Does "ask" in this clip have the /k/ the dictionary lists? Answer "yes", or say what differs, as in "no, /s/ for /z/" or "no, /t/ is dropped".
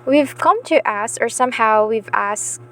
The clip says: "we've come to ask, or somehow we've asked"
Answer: no, /k/ is dropped